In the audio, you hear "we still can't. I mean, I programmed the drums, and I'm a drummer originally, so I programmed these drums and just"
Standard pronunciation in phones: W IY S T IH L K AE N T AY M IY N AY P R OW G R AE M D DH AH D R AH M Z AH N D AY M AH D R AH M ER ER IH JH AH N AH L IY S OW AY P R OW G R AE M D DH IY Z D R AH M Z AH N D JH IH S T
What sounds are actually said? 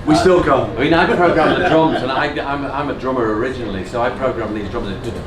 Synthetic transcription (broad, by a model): W IY S T IH L K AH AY M IY N AY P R OW G R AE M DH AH D R AH M Z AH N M AY M AH D R AH M ER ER IH JH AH N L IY S OW AY P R OW G R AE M DH IY Z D R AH M AH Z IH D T